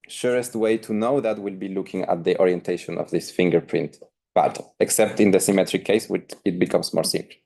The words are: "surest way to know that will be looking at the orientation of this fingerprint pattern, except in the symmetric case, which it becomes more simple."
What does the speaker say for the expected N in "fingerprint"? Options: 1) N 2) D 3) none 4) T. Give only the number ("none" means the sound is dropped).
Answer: 1